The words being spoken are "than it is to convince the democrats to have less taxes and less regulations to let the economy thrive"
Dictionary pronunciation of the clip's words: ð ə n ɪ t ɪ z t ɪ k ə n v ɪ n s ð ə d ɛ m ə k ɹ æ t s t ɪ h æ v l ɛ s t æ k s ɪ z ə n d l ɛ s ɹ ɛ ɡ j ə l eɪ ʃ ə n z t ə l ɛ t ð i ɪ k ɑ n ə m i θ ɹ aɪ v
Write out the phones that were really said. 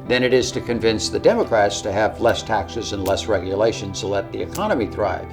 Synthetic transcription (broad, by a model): ð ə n ɪ t ɪ z t ɪ k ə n v ɪ n s ð ə d ɛ m ə k ɹ æ t s t ɪ v l ɛ s t æ k s ɪ z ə n l ɛ s ɹ ɛ ɡ j ə l eɪ ʃ ə n z t ə l ɛ t ð i ɪ k ɑ n ə m i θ ɹ aɪ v